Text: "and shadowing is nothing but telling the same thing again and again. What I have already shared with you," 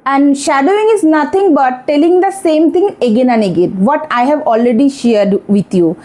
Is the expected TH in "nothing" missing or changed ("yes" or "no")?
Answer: yes